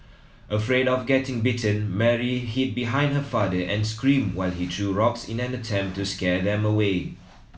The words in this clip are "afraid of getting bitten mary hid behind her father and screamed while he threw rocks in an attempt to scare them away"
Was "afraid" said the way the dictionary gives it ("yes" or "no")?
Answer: yes